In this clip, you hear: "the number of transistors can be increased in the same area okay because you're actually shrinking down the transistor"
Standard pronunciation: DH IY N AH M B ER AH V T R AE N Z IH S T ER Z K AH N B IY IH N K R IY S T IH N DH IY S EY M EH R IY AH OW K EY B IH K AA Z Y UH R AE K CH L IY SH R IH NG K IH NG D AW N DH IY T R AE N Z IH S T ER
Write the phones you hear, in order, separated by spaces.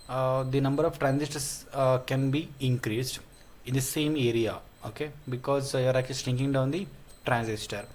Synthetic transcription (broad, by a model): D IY N AH M B ER AH V T R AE N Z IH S T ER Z K AH N B IY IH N K R IY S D IH N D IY S EY M EH R IY AH OW K EY B IH K AA Z Y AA R AE K CH L IY S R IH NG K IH NG D AW N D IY T R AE N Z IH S T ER